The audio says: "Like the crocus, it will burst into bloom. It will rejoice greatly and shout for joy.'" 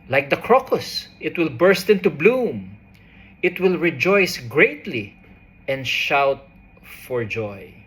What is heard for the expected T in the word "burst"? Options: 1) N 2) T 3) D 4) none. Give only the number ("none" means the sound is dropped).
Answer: 2